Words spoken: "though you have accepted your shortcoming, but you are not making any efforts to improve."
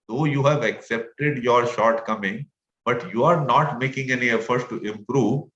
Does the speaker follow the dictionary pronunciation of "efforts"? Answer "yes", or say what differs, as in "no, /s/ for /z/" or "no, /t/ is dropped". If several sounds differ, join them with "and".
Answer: no, /s/ is dropped